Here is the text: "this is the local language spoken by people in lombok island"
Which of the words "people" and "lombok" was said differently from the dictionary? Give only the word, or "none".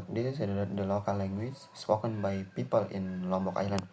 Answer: none